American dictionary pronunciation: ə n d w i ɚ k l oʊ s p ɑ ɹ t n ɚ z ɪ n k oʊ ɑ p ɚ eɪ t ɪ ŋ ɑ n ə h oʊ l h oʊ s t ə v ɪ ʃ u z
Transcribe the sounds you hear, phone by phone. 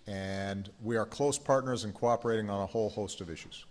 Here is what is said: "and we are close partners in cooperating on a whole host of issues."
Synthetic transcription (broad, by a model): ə n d w i ɚ k l oʊ s p ɑ ɹ t n ɚ z ɪ n k oʊ ɑ p ɚ eɪ t ɪ ŋ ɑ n ə h oʊ l h oʊ s t ə v ɪ ʃ u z